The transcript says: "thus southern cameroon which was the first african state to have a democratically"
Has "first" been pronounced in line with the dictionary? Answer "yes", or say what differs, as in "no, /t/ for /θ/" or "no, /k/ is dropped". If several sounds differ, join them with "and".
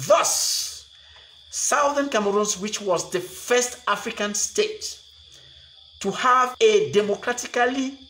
yes